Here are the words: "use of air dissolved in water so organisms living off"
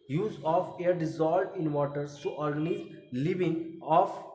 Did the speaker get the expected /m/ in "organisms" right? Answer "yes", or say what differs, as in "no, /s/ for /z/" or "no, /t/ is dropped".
no, /m/ is dropped